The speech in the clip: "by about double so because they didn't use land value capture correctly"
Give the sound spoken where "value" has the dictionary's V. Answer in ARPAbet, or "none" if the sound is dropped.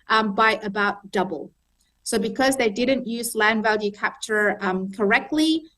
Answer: V